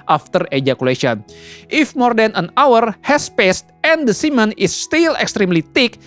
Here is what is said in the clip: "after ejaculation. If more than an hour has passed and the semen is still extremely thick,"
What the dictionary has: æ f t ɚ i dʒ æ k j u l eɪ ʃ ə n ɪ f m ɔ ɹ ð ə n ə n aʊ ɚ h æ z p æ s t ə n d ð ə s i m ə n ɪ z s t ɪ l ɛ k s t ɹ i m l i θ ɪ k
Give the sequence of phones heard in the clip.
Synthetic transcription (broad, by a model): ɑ f t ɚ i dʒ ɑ k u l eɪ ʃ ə n ɪ f m ɔ ɹ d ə n ə n aʊ ɚ h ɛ s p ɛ s t ə n d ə s i m ə n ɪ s t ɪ l ɛ k s t ɹ i m l i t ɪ k